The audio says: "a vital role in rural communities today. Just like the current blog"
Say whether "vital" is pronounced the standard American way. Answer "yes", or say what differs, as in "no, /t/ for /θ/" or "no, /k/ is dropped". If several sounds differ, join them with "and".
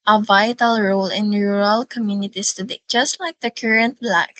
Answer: yes